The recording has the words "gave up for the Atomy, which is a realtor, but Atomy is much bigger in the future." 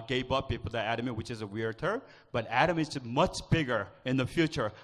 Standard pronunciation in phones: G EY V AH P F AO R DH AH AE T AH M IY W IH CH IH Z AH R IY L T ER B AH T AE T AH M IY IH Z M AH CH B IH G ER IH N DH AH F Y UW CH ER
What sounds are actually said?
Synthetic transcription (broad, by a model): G EY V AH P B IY L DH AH AE T AH M IY W IH CH IH Z AH W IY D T ER B AH T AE T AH M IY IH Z M AH CH B IH G ER IH N DH AH F Y UW CH ER